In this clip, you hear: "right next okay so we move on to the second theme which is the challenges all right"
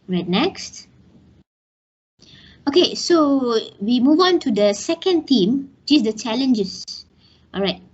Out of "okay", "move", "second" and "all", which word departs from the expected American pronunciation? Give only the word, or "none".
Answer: none